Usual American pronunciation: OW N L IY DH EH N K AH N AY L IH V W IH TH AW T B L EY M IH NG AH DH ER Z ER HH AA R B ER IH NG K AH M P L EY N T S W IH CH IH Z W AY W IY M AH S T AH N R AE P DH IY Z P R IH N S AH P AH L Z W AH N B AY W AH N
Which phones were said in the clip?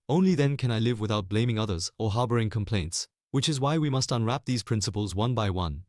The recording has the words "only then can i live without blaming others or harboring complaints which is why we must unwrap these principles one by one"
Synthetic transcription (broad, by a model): OW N L IY DH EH N K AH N AY L IH V W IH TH AW T B L EY M IH NG AH DH ER Z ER HH AA R B ER IH NG K AH M P L EY N T S W IH CH IH Z W AY W IY M AH S T AH N R AE P DH IY Z P R IH N S AH P AH L Z W AH N B AY W AH N